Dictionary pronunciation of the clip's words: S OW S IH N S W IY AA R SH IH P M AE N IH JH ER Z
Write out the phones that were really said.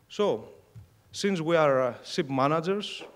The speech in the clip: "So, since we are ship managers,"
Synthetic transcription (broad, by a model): S OW S IH N S W IY AA R S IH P M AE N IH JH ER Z